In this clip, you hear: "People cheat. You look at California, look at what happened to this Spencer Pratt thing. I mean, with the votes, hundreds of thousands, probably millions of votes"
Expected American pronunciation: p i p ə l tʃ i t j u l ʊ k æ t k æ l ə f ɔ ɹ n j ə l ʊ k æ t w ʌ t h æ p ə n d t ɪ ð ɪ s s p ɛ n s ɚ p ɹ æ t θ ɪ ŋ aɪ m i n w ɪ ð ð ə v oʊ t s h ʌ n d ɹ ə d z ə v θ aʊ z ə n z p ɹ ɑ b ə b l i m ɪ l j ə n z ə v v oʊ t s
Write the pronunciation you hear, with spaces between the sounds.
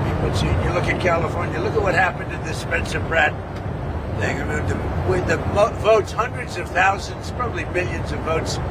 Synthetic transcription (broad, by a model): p i p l s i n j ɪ l ʊ k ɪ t k æ l ə f ɔ ɹ n j ə l ʊ k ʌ t w ʌ t h æ p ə n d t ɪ ð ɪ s s p ɛ n s ɚ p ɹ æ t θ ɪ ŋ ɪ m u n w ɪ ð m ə v oʊ t s h ʌ n d ɹ ə d z ə v θ aʊ z ə n z p ɹ ɑ b ə b l i m ɪ l j ə n z ə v v oʊ t s